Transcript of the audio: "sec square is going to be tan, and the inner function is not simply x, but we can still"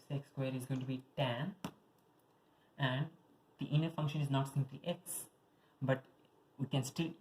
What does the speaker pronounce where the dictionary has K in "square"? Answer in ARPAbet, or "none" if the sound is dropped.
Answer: K